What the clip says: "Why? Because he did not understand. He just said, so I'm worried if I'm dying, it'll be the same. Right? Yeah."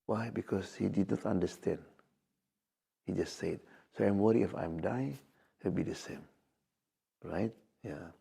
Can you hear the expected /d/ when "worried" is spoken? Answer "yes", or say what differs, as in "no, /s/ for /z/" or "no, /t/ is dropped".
no, /d/ is dropped